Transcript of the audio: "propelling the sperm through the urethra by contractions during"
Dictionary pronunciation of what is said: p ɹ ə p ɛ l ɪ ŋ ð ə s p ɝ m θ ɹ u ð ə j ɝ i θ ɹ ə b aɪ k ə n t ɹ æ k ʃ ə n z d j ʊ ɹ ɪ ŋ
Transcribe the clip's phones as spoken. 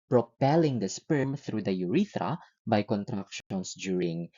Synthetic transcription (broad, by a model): p ɹ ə p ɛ l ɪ ŋ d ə s p ɝ m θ ɹ u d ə j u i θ ɹ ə b aɪ k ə n t ɹ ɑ k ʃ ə n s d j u ɹ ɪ ŋ